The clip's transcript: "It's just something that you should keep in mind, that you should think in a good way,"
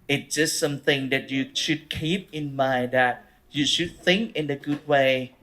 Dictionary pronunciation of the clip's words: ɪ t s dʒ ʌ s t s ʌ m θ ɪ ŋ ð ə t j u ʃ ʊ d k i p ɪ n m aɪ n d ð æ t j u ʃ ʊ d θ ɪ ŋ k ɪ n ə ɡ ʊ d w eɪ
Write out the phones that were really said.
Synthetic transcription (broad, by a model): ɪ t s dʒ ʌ s t s ʌ m θ ɪ ŋ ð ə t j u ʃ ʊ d k i p ɪ n m aɪ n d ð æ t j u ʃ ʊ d θ ɪ ŋ k ɪ n ə ɡ ʊ d w eɪ